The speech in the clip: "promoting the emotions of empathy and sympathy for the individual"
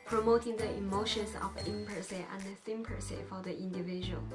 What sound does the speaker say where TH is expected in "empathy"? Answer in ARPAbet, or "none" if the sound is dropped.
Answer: S